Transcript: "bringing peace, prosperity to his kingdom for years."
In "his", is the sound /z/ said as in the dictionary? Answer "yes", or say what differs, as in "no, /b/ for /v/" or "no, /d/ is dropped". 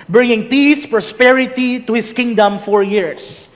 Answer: no, /s/ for /z/